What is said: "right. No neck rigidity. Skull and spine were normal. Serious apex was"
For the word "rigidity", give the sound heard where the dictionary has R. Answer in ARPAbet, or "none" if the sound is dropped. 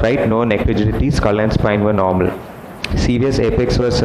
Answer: L